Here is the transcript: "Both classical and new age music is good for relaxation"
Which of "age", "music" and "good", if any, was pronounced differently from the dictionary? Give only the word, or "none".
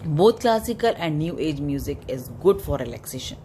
none